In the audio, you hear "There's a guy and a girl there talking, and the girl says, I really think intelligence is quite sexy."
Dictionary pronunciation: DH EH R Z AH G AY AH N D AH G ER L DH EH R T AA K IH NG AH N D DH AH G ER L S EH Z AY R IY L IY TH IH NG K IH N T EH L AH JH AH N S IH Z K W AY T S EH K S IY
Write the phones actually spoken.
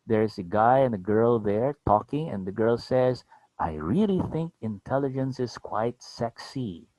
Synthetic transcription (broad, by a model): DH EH R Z AH G AY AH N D AH G ER L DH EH R T AA K IH NG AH N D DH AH G ER L S EH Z AY R IY L IY TH IH NG K IH N T EH L AH JH AH N S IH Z K W AY T S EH K S IY